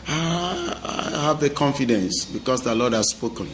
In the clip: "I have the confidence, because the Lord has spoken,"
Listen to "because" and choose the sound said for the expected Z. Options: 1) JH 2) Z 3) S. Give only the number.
3